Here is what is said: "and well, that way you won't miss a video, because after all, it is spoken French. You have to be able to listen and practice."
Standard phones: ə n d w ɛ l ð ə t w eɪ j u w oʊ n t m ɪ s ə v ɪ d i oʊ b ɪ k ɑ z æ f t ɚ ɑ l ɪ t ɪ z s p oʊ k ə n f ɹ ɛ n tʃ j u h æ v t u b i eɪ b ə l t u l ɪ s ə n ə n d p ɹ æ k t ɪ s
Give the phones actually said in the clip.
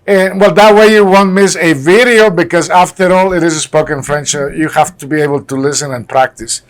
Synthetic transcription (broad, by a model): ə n w ɛ l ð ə t w eɪ j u w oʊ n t m ɪ s ə v ɪ d i oʊ b ɪ k ɑ z æ f t ɚ ɑ l ɪ t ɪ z s p oʊ k ə n f ɹ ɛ n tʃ j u h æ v t u b i eɪ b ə l t u l ɪ s ə n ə n p ɹ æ k t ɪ s